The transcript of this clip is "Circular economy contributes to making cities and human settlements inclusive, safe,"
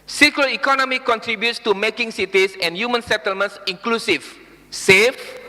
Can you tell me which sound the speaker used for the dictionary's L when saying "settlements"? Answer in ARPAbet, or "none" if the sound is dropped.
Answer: L